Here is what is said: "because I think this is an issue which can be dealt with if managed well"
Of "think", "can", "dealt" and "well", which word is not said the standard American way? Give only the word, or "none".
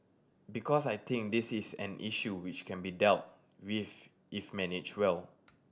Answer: think